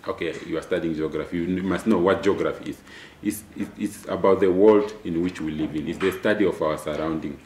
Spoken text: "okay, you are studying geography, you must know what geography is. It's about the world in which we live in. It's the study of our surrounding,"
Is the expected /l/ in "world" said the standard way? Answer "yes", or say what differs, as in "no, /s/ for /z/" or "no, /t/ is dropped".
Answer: yes